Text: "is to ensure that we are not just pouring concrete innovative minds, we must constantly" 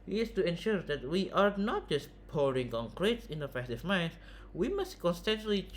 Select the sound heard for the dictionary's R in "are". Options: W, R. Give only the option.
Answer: R